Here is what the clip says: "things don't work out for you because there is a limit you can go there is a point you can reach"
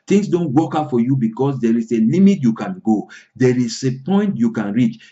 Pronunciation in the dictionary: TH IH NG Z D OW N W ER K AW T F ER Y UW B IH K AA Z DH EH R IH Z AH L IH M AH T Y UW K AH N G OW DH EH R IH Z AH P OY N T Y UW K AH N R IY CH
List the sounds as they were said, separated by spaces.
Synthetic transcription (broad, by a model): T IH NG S D OW N W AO K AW F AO Y UW B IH K AA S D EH R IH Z AH L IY M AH T Y UW K AH N G OW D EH R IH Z AH P OY N T Y UW K AH N R IY CH